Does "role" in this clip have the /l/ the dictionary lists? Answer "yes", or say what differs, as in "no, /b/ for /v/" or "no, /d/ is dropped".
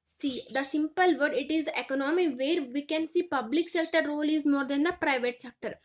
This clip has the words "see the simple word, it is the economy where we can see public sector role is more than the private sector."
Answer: yes